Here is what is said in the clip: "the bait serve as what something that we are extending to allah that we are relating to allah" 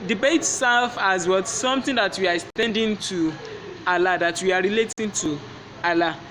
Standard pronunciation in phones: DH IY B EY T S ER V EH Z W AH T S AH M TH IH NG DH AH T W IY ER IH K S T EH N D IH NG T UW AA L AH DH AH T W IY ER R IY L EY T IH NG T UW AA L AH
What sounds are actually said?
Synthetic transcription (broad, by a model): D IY B EY T S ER F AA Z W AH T S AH M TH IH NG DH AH T W IY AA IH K S T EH N D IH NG T UW AA L AH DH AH T W IY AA R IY L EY T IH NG T UW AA L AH